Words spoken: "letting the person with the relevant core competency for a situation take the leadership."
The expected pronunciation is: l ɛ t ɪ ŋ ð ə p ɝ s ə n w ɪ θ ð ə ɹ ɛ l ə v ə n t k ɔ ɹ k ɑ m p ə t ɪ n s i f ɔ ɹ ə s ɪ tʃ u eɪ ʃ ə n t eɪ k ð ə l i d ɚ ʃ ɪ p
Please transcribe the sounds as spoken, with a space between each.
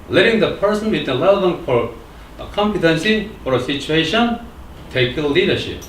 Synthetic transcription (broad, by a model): l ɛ t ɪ ŋ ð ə p ɝ s ə n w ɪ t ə l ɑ ə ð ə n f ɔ ɹ k ɑ m p ə t ɪ n s i f ɔ ɹ ə s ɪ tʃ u eɪ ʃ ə n t eɪ k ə l i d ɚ ʃ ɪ p